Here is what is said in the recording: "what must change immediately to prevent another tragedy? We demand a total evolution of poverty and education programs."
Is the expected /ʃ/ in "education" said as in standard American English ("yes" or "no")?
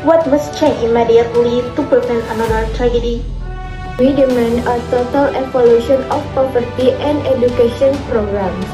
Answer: no